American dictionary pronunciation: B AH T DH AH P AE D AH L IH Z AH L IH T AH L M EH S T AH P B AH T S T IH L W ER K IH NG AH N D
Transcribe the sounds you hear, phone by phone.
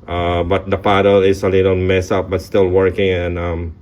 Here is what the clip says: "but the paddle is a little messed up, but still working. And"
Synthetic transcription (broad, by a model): B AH T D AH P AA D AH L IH S AH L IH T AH N M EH S AH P B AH T S T IH L W ER K IH NG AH N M